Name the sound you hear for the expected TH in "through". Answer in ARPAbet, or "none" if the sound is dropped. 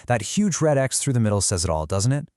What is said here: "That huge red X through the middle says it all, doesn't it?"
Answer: TH